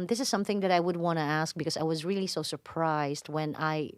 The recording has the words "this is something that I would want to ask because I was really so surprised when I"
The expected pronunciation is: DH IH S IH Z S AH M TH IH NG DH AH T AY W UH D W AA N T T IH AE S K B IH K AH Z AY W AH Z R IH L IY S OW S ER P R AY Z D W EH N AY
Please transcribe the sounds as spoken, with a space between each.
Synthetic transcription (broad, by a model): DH IH S IH Z S AH M TH IH NG DH AH T AY W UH D W AA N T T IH AE S K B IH K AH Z AY W AH Z R IH L IY S OW S ER P R AY Z D W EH N AY